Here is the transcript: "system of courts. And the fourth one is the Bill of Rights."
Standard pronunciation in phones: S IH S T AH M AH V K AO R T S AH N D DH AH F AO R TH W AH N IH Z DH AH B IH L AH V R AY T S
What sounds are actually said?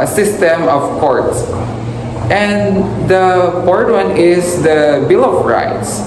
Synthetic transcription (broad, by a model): S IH S T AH M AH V K AO R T S AH N D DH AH P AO R T W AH N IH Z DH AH B IH L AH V R AY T S